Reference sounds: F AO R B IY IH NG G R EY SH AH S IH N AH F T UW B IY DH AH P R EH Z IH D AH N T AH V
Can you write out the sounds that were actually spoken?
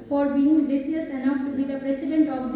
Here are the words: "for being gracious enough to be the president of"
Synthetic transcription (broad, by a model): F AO R B IY IH NG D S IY AH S IH N AH F T UW B IY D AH P R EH S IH D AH N T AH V